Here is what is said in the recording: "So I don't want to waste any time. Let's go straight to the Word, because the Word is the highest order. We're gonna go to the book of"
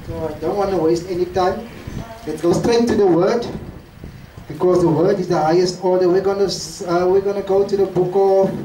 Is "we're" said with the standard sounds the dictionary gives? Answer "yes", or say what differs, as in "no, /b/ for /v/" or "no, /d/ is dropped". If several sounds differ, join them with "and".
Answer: no, /w/ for /ɹ/